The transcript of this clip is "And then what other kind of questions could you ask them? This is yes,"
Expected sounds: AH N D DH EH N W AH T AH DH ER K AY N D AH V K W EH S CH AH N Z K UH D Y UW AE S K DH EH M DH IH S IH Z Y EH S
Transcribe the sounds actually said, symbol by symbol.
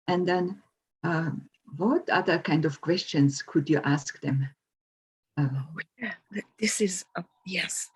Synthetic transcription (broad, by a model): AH N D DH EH N W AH T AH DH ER K AY N D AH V K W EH S CH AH N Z K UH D Y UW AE S K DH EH M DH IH S IH Z Y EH S